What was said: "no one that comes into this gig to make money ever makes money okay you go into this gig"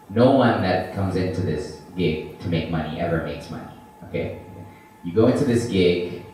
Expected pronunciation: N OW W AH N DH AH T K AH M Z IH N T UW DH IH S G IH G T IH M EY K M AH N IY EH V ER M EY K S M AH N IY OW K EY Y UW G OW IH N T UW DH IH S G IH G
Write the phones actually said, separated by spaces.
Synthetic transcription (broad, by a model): N OW W AH N DH AH T K AH M Z IH N T UW DH IH S G IH G T IH M EY K M AH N IY EH V ER M EY K S M AH N IY OW K EY Y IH G OW IH N T UW DH IH S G IH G